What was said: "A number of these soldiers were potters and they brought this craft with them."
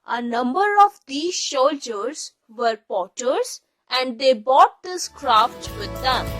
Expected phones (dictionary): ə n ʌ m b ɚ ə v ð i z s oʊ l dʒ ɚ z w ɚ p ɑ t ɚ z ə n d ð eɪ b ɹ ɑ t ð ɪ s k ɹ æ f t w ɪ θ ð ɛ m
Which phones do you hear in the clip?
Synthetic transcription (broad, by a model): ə n ʌ m b ɚ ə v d i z ʃ oʊ l dʒ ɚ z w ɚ p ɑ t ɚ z ə n d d eɪ b ɑ t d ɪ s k ɹ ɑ f t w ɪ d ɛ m